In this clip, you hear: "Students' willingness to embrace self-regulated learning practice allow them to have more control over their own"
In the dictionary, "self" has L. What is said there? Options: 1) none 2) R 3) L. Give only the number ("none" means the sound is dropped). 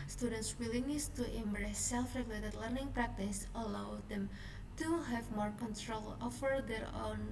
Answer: 3